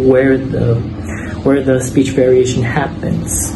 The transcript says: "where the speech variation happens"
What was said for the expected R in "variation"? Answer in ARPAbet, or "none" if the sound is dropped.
R